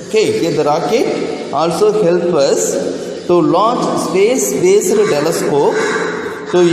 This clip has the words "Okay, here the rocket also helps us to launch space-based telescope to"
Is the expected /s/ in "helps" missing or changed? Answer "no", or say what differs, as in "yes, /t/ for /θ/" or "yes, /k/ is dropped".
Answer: yes, /s/ is dropped